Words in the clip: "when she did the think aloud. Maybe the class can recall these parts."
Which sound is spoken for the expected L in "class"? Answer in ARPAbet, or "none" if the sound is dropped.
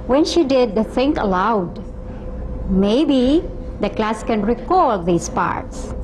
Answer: L